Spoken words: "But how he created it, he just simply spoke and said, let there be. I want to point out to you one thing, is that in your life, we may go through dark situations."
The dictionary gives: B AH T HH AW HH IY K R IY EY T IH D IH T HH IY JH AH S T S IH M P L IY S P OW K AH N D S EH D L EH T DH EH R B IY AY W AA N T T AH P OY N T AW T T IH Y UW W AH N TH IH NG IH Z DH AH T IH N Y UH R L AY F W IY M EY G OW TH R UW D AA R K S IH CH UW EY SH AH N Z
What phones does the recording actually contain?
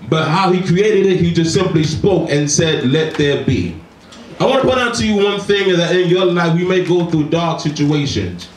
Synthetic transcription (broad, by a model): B AH T HH AW HH IY K R IY EY T IH D IH T HH IY JH AH S T S IH M P L IY S P OW K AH N S EH D L EH T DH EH R B IY AY W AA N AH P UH T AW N T IH Y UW W AH N TH IH NG IH Z DH AH T IH N Y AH R L AY F W IY M EY G OW TH R UW D AA R K S IH CH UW EY SH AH N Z